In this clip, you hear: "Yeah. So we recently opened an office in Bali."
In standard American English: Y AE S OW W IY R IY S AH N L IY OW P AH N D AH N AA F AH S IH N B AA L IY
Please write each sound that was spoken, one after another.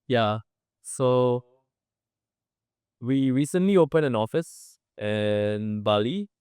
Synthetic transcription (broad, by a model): Y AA S OW W IY R IY S AH N L IY OW P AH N AH N AA F AH S IH N B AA L IY